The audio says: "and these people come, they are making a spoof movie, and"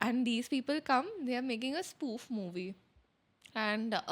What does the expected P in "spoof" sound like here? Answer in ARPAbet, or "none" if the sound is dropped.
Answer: P